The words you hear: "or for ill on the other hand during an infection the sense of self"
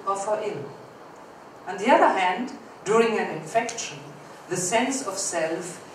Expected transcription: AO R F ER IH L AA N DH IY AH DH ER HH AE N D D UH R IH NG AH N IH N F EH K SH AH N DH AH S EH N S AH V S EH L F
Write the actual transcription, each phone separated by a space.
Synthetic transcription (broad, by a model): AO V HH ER IH L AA N DH IY AH DH ER HH AE N D D UH R IH NG AH N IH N F EH K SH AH N DH AH S EH N S AH V S EH L F